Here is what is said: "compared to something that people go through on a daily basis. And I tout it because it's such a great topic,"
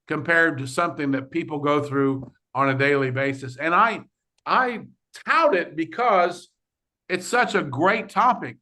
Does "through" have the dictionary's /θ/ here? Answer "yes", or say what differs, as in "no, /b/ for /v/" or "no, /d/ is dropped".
yes